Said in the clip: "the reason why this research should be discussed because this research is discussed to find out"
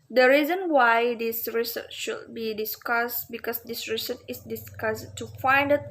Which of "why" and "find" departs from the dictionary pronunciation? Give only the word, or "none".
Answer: none